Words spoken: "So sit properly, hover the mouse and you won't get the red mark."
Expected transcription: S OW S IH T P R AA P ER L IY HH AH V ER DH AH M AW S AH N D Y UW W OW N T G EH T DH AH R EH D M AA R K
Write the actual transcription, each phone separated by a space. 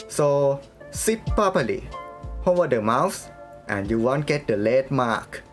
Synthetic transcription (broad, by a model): S OW S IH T P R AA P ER L IY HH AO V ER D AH M AW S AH N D Y UW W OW N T G EH T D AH L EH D M AA K